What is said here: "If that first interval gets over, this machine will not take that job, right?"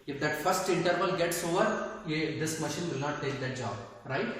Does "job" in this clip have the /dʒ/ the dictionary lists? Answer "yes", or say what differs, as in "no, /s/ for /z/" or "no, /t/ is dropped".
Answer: yes